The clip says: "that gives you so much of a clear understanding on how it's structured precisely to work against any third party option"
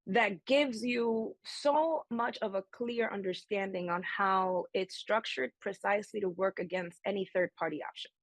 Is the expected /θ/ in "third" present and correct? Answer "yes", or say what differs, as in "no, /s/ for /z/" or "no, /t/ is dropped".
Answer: yes